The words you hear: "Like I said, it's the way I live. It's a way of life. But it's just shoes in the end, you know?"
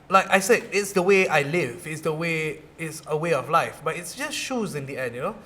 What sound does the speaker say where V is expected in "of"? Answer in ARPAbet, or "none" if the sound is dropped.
W